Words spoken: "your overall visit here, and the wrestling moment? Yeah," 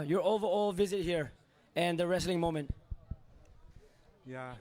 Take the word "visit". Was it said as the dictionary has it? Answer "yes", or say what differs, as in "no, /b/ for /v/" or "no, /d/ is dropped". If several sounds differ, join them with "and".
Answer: yes